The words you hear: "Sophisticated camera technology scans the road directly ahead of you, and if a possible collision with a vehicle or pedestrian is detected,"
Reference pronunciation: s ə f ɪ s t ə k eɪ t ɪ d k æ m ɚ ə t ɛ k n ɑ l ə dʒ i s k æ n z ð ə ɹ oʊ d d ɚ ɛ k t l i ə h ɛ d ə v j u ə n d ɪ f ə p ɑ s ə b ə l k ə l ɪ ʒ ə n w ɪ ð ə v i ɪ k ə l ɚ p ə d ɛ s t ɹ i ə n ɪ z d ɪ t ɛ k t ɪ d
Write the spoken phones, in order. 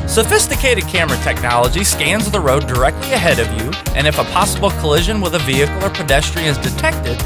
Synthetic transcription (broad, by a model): s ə f ɪ s t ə k eɪ t ɪ d k æ m ɚ ə t ɛ k n ɑ l ə dʒ i s k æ n z ð ə ɹ oʊ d d ɚ ɛ k t l i ə h ɛ d ə v j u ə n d ɪ f ə p ɑ s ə b l k ə l ɪ ʒ ə n w ɪ ð ə v i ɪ k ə l ɚ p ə d ɛ s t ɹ i ɪ z d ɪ t ɛ k t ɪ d